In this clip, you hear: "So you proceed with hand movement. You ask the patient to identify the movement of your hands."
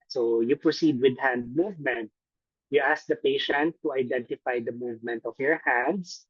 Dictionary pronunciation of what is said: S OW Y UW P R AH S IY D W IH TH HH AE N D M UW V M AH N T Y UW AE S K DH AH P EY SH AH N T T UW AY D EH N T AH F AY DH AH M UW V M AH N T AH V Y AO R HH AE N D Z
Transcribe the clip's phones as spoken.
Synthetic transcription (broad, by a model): S OW Y UW P R AH S IY D W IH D HH AE N D M UW V M AH N T Y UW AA S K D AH P EY SH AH N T T UW AY D EH N T AH F AY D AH M UW V M AH N T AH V Y AO R HH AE N D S